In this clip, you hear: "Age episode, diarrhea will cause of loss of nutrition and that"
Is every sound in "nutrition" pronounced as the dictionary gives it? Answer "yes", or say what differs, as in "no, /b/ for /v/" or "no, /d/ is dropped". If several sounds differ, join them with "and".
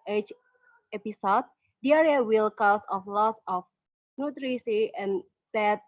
no, /s/ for /ʃ/ and /n/ is dropped